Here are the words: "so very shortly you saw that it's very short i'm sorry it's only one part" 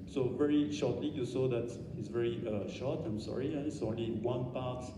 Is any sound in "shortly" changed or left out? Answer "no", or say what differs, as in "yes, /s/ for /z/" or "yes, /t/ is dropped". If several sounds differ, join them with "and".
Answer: no